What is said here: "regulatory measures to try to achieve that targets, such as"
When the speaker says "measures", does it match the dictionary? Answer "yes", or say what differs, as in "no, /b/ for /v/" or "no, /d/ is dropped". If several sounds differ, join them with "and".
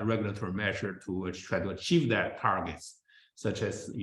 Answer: no, /z/ is dropped